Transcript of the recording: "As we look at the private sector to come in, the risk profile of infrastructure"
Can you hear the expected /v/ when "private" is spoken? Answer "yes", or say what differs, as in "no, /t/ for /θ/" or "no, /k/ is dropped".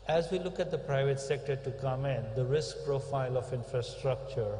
yes